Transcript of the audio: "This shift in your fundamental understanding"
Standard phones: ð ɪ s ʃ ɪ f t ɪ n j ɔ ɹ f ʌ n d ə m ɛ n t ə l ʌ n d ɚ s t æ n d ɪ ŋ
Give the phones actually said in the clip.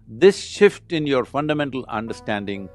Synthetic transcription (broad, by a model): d ɪ s ʃ ɪ f t ɪ n j ɔ ɹ f ʌ n d ə m ɛ n t ə l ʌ n d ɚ s t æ n d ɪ ŋ